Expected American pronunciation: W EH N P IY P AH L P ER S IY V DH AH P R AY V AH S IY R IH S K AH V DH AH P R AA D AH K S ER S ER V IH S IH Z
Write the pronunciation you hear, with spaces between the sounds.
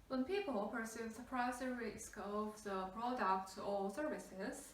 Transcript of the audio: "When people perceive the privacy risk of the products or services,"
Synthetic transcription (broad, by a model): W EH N P IY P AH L P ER S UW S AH P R AY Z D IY R IH S K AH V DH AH B R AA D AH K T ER S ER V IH S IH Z